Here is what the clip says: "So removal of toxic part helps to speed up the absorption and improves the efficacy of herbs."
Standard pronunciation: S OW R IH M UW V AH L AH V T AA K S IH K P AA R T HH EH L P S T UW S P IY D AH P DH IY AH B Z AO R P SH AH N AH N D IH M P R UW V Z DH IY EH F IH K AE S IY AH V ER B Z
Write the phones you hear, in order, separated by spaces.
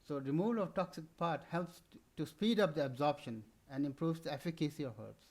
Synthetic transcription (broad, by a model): S OW R IH M UW V AH L AH V T AA K S IH K P AA R T HH EH L P S T UW S P IY D AH P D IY AH B Z AO R P SH AH N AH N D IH M P R UW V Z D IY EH F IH K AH S IY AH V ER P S